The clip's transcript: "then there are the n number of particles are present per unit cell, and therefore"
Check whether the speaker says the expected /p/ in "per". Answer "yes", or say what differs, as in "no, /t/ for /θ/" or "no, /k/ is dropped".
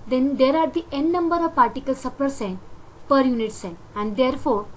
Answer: yes